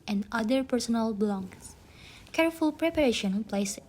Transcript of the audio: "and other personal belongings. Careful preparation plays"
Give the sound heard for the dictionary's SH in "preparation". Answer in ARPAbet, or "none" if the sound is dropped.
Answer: SH